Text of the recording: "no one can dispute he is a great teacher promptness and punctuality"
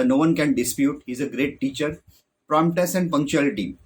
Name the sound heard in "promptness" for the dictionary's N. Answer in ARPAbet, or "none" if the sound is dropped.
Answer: none